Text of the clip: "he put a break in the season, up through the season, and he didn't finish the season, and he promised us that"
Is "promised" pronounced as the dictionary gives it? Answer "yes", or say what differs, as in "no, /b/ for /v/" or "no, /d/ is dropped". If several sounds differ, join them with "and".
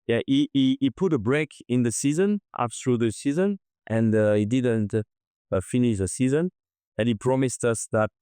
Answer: yes